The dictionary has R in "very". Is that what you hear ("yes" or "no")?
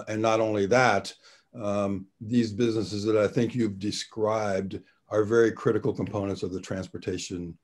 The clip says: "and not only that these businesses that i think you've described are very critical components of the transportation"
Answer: yes